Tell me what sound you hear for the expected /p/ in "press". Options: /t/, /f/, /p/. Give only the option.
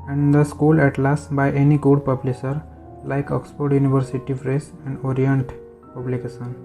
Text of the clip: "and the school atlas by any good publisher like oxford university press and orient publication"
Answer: /f/